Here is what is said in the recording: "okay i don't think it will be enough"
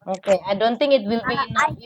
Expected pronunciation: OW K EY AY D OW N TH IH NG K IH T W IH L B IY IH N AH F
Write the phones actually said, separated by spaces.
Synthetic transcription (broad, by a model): OW K EY AY D OW N TH IH NG K IH T W IH L B IY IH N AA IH